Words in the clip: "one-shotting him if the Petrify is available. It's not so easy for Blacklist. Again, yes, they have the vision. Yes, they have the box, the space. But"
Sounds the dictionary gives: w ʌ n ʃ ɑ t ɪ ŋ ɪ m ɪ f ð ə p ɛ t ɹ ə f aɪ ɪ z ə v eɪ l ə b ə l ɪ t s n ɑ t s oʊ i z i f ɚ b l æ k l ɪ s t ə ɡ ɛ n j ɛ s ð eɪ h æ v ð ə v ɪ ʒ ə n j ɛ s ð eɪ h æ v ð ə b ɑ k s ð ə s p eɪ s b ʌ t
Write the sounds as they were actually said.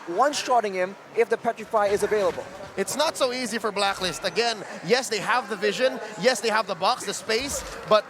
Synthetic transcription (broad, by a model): w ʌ n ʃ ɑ t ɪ ŋ ɪ m ɪ f ð ə p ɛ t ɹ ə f aɪ ɪ z ə v eɪ l ə b ə l ɪ t s n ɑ t s oʊ i z i f ɚ b l æ k l ɪ s t ə ɡ ɛ n j ɛ s ð eɪ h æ v ð ə v ɪ ʒ ə n j ɛ s ð eɪ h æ v ð ə b ɑ k s ð ə s p eɪ s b ʌ t